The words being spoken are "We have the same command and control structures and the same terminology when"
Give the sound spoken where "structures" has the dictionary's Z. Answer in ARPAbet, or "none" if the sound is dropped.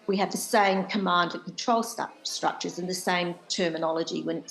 Z